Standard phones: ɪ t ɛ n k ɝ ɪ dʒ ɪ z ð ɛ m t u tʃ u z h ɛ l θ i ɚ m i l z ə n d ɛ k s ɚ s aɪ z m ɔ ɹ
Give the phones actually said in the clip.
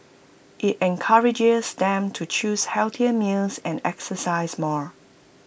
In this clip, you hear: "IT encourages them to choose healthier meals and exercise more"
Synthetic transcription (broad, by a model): ɪ t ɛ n k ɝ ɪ dʒ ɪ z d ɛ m t u tʃ u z h ɛ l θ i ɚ m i l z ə n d ɛ k s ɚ s aɪ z m ɔ ɹ